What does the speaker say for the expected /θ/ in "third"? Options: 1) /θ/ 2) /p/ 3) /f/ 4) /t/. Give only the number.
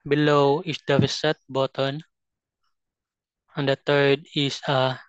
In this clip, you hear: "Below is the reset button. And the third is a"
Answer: 4